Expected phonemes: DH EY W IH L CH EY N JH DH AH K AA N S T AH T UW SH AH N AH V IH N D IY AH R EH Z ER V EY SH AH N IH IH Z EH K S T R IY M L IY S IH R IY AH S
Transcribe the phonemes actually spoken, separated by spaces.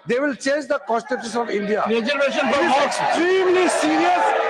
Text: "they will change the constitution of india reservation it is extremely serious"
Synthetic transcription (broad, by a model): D EY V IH L CH EY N JH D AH K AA N S T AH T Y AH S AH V IH N D IY AH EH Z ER EY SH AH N IH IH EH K S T R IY M L IY S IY R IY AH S